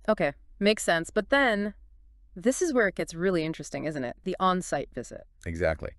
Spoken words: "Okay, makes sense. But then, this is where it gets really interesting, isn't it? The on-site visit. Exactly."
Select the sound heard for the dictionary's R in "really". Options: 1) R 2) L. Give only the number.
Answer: 1